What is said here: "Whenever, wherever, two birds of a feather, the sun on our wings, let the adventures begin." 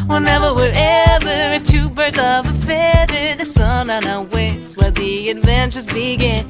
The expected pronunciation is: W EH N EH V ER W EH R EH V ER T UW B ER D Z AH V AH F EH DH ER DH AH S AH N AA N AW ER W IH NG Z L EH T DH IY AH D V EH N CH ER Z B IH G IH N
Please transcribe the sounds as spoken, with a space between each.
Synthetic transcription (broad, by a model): W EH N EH V ER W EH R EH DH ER T UW B ER D Z AH V AH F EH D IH DH AH S AH N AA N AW W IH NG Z W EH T DH IY AH D V EH N CH ER Z B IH G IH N